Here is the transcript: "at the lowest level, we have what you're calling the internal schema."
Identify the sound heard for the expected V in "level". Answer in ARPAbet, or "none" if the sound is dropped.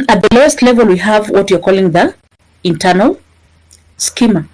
V